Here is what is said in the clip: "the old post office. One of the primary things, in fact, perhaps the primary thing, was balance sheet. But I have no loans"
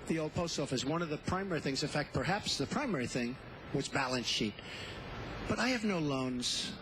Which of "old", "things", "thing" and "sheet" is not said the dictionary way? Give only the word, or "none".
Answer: none